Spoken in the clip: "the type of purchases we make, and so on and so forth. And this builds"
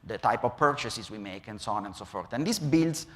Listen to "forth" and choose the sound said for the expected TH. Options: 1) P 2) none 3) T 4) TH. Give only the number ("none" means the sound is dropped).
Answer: 3